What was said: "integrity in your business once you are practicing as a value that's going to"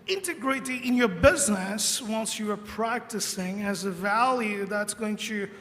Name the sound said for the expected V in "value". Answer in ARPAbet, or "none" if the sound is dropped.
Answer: V